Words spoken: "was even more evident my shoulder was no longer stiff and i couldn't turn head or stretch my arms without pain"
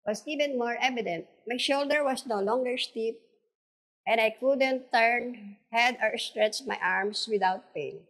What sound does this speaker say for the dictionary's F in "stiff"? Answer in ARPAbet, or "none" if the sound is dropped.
P